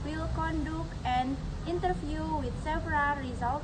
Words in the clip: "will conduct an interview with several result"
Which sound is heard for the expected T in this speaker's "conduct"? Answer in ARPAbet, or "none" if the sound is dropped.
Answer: none